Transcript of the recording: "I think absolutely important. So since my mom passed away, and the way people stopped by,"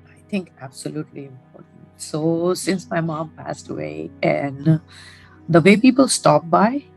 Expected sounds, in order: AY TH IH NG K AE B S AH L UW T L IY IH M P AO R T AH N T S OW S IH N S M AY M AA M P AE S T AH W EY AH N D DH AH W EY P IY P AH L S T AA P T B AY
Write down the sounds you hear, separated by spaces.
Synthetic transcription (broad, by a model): AY T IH NG K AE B S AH L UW T L IY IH M P AO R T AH N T S OW S IH N S M AY M AA M P AE S T AH W EY AH N D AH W EY P IY P AH L S T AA P B AY